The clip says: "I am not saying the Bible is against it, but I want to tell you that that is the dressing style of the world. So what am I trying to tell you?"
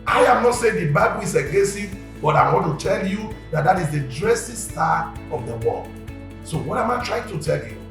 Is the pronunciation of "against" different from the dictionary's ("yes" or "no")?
yes